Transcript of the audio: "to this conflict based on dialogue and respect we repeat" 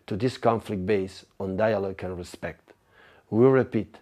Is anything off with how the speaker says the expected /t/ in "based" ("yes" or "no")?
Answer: yes